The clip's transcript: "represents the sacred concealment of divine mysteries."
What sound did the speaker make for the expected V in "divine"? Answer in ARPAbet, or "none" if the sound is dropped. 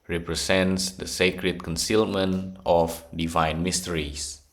V